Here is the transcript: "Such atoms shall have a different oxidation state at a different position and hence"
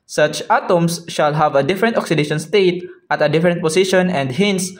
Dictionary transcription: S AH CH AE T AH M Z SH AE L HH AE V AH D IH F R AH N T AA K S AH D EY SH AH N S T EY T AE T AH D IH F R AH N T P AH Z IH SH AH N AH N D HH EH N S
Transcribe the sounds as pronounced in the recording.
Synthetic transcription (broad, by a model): S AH CH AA T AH M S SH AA L HH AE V AH D IH F R AH N T AA K S AH D EY SH AH N S T EY T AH T AH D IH F R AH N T P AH S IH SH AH N AH N D HH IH N S